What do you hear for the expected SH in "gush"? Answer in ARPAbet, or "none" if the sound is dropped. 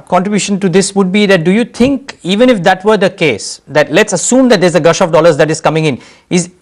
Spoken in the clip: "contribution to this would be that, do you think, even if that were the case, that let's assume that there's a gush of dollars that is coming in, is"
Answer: SH